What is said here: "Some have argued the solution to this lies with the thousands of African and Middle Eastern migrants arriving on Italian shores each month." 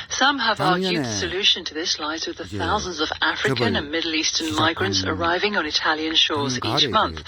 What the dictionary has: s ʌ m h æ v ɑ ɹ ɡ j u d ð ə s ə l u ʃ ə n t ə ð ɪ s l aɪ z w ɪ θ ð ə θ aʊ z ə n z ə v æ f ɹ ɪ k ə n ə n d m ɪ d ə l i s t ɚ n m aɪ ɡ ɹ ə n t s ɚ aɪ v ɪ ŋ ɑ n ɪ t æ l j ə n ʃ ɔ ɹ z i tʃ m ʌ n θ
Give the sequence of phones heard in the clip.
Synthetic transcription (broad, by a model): s ʌ m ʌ v ɑ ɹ ɡ j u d ð ə s ə l u ʃ ə n t ə ð ɪ s l aɪ z w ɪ ð ə θ aʊ z ə n z ə v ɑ f ɹ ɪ k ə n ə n m ɪ d l i s t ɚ n m aɪ ɡ ɹ ə n t s ɚ aɪ v ɪ ŋ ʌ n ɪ t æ l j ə n ʃ ɔ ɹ z i tʃ m ʌ n θ